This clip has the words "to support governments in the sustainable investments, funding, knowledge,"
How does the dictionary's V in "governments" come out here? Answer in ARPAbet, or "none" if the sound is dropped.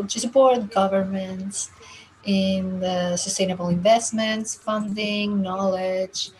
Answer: V